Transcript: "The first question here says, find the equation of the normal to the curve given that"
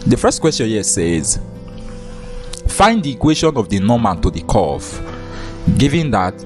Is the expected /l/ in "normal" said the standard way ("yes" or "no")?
no